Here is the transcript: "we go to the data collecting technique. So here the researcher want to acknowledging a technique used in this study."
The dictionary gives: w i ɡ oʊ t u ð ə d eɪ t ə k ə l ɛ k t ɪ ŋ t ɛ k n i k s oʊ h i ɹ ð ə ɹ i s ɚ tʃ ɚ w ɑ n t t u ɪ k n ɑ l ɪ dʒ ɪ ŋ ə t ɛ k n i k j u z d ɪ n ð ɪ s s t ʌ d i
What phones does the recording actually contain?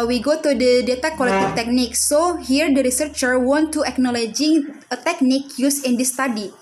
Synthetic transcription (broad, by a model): w i ɡ oʊ t u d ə d eɪ t ə k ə l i t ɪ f t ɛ k n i k s oʊ h i ɹ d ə ɹ i s ɚ tʃ ɚ w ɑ n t t u ɪ k n ɑ l ɪ dʒ ɪ ŋ ə t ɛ k n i k j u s ɪ n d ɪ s s t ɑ d i